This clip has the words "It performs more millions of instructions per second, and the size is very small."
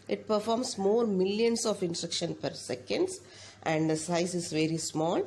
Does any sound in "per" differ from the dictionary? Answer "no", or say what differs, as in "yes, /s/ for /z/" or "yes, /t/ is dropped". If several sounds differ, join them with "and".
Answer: no